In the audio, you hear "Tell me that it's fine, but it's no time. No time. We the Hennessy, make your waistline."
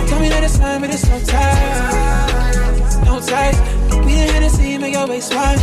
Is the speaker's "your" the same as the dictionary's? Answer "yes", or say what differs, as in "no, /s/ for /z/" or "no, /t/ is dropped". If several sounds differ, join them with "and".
no, /l/ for /ɹ/